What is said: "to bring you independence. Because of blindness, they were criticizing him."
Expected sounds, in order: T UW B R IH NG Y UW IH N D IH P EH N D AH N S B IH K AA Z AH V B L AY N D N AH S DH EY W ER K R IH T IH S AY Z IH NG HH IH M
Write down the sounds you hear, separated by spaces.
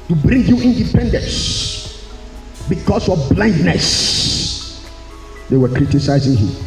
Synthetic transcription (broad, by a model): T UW B R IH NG Y UW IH N D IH P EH N D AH N S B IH K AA S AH B L AY N D N AH S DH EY W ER K R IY T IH S AY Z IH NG HH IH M